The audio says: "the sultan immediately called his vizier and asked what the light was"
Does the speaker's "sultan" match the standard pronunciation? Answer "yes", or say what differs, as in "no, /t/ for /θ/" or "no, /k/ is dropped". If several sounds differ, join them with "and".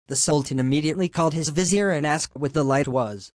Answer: yes